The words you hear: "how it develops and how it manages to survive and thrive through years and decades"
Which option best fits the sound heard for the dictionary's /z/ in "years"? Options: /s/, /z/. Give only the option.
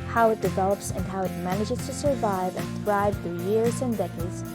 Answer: /z/